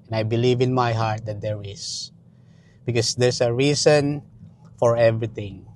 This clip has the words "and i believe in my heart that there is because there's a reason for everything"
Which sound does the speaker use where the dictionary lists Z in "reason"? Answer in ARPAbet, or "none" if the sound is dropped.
S